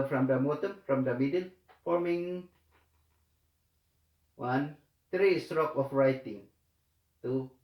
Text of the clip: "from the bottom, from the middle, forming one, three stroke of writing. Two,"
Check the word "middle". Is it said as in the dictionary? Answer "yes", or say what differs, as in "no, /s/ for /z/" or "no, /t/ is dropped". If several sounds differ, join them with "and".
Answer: no, /n/ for /l/